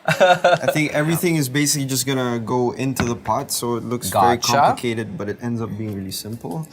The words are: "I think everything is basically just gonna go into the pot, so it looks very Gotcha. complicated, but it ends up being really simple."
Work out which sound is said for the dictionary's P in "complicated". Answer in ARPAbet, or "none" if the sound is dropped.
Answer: none